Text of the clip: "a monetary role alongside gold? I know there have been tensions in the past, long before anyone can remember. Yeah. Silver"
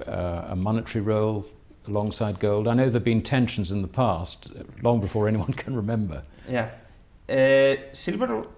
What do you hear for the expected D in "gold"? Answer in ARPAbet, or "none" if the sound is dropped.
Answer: D